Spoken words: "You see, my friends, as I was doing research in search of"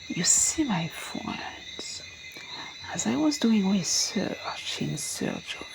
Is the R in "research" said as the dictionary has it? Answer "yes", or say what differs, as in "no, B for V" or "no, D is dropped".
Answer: no, W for R